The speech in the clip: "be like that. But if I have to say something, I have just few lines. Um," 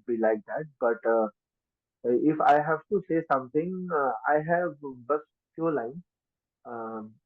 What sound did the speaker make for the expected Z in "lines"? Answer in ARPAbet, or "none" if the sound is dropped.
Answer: none